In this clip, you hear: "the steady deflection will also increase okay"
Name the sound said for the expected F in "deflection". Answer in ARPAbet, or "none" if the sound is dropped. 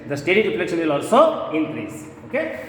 P